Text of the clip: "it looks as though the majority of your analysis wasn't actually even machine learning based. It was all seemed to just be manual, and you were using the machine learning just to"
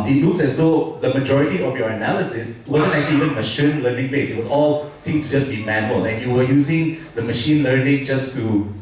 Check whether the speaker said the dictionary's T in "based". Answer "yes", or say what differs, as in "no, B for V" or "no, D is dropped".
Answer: no, T is dropped